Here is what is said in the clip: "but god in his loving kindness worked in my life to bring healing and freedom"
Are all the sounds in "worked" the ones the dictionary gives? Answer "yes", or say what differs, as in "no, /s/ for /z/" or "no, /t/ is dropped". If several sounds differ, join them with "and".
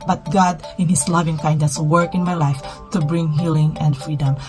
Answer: no, /t/ is dropped